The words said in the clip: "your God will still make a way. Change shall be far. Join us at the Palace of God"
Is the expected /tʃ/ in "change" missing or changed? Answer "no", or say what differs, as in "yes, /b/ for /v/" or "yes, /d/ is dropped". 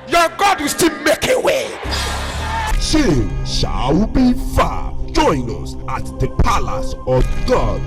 yes, /ʃ/ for /tʃ/